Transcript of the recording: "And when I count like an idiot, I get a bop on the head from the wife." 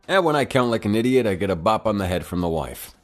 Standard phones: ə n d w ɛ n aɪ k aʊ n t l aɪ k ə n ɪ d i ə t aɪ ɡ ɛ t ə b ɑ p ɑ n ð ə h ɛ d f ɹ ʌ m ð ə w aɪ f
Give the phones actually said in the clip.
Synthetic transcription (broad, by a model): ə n w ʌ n aɪ k aʊ n t l aɪ k ə n ɪ d i ə t aɪ ɡ ɛ t ə b ɑ p n ð ə h ɛ d f ɹ ʌ m ð ə w aɪ f